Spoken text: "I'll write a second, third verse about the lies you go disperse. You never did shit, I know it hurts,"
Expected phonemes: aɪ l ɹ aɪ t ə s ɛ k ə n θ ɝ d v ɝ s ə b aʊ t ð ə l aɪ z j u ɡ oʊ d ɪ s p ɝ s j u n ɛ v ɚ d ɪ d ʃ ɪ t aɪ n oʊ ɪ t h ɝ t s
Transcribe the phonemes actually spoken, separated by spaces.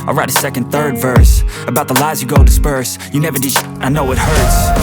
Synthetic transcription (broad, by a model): aɪ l ɹ aɪ t ə s ɛ k ə n θ ɝ d v ɝ s ə b aʊ t ð ə l aɪ z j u ɡ oʊ d ɪ s p ɝ s j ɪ n ɛ v ɚ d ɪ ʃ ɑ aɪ n oʊ ɪ t h ɝ t s